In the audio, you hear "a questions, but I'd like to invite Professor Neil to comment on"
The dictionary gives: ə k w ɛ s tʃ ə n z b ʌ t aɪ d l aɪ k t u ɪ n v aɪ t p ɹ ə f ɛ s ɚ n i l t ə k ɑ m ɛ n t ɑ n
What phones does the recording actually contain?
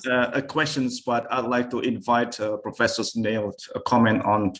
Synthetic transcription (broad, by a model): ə k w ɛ s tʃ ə n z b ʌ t aɪ d l aɪ k t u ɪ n v aɪ t p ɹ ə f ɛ s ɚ n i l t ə k ɑ m ɛ n t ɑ n